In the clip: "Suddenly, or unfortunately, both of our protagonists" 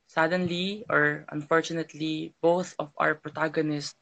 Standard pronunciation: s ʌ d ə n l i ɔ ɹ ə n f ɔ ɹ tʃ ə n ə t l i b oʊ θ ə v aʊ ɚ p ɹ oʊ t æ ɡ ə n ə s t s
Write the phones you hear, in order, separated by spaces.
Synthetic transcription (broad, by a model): s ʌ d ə n l i ɔ ɹ ə n f ɔ ɹ tʃ ə n ə t l i b oʊ θ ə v aʊ ɚ p ɹ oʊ t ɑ ɡ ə n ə s t